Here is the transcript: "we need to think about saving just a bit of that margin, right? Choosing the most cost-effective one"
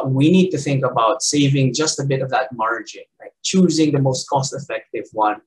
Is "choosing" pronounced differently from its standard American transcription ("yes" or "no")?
no